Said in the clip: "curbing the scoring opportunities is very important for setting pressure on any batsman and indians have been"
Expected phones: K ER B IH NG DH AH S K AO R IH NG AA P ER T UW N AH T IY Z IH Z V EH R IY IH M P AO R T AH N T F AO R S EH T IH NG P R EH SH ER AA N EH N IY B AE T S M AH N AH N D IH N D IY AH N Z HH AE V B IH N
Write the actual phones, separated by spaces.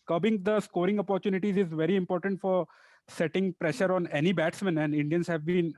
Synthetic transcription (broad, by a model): K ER B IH NG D AH S K AO R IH NG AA P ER T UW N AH T IY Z IH Z V EH R IY IH M P AO R T AH N T F AO R S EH T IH NG P R EH SH ER AA N EH N IY B AE T S M AH N AH N D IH N D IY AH N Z HH AE V B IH N